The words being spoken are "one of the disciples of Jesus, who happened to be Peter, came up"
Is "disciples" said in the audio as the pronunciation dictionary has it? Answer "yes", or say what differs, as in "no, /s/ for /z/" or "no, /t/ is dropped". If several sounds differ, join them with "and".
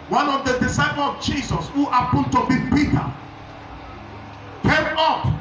no, /z/ is dropped